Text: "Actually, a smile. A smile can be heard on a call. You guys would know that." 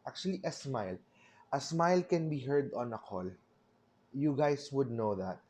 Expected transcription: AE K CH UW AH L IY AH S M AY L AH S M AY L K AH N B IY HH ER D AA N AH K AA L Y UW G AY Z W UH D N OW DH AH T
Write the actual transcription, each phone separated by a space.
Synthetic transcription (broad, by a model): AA K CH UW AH L IY AH S M AY L AH S M AY L K AH N B IY HH ER D AA N AH K AA L Y UW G AY S W UH D N OW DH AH T